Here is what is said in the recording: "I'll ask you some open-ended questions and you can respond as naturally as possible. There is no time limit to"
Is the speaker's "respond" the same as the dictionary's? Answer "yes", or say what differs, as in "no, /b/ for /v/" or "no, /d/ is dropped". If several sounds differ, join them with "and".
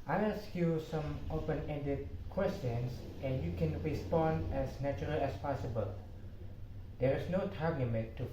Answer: yes